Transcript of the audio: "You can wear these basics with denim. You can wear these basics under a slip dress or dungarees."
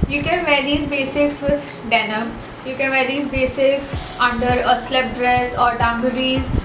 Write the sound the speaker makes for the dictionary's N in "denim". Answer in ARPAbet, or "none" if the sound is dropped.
N